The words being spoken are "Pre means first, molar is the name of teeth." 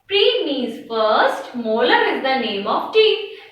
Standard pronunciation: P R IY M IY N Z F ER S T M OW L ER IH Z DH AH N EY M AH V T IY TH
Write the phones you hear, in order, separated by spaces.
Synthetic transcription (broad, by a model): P R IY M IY Z F ER S T M OW L ER IH Z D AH N EY M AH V T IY